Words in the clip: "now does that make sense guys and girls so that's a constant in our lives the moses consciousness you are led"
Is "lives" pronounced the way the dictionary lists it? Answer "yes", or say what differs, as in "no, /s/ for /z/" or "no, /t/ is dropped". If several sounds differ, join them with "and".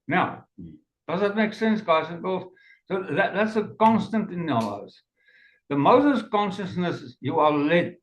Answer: no, /v/ is dropped